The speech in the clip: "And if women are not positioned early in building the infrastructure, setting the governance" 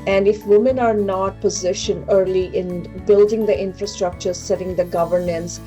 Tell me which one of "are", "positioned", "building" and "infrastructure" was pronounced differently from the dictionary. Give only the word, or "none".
positioned